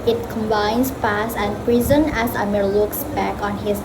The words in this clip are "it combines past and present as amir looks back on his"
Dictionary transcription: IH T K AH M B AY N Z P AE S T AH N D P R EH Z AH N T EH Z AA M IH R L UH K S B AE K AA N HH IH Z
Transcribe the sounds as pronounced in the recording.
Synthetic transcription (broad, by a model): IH T K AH M B AY N S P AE S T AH N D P R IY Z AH N EH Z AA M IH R L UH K S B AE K AA N HH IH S